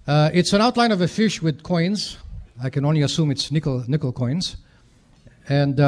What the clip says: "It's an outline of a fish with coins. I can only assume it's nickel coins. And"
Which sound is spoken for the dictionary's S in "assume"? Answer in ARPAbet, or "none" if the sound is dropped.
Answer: S